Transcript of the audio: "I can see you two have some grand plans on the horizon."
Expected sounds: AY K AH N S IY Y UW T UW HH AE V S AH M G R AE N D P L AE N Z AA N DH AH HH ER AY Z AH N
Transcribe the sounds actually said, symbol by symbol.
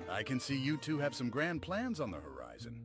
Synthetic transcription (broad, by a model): AY K AH N S IY Y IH T UW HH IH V S AH M G R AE N P L AE N Z N DH AH HH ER AY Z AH N